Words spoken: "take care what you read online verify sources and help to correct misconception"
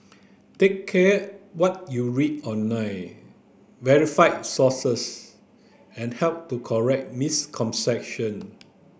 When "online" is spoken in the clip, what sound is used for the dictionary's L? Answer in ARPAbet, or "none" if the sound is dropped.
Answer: none